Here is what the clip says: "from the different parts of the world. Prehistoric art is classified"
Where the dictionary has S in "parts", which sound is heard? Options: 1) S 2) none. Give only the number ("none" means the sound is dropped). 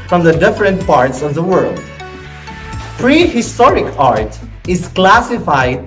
1